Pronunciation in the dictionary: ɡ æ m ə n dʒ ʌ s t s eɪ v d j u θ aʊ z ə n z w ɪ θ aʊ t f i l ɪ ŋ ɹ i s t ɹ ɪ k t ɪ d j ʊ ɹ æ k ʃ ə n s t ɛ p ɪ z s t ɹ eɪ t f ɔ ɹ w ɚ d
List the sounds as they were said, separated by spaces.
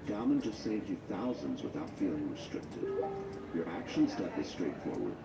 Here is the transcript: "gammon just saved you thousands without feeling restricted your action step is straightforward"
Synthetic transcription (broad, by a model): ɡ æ m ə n dʒ ʌ s t s eɪ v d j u θ aʊ z ə n z w ɪ θ aʊ t f i l ɪ ŋ ɹ i s t ɹ ɪ k t ɪ d j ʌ ɹ æ k ʃ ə n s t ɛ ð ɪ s t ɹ eɪ t f ɔ ɹ w ɚ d